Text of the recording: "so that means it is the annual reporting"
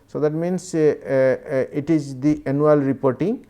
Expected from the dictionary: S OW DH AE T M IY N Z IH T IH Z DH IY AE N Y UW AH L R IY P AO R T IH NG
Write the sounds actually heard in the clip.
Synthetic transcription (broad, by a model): S OW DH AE T M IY N S IH T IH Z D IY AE N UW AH L R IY P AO R T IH NG